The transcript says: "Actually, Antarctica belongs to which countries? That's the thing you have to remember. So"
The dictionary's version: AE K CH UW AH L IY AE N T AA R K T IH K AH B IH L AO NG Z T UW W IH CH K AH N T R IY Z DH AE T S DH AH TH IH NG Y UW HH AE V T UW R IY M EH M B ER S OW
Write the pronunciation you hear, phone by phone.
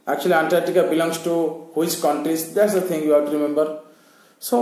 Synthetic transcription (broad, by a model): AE K CH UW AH L IY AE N T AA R T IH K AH B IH L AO NG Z T UW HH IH S K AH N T R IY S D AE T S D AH T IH NG Y UW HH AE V T UW R IY M EH M B ER S OW